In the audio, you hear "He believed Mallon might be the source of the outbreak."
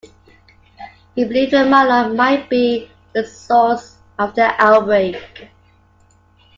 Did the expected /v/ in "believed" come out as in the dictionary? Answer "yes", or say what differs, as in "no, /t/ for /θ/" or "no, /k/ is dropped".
no, /v/ is dropped